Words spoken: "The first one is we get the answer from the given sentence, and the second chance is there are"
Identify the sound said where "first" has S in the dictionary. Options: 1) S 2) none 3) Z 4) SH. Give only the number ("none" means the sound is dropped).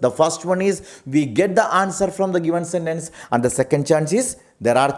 1